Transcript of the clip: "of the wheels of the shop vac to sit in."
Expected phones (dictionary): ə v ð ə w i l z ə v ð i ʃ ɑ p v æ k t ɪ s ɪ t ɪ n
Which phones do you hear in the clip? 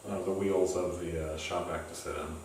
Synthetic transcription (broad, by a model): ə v ð ə w i l z ə v ð i ʃ ɑ p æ k t ɪ s ɪ t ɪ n